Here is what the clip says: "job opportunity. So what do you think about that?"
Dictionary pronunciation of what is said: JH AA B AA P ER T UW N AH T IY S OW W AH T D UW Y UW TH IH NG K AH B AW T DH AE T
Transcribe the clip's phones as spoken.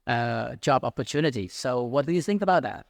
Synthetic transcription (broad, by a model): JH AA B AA P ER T UW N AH T IY S OW W AH T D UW Y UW TH IH NG K AH B AW T DH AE T